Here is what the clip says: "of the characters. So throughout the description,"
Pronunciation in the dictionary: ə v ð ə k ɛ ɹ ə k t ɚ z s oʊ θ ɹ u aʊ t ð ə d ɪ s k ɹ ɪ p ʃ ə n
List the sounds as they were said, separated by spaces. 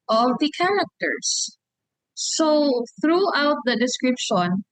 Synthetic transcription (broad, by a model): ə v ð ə k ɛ ɹ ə k t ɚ s oʊ θ ɹ u aʊ t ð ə d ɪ s k ɹ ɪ p ʃ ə n